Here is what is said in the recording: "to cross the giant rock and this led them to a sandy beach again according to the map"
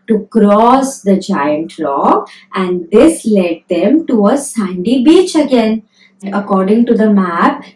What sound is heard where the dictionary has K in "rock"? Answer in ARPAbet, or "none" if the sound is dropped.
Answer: none